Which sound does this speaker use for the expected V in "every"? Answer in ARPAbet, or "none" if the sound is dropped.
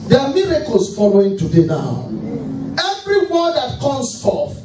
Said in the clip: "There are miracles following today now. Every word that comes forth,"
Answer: V